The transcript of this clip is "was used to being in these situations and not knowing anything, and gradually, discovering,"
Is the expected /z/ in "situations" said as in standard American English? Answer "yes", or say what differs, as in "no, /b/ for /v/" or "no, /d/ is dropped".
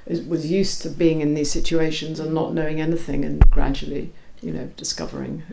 yes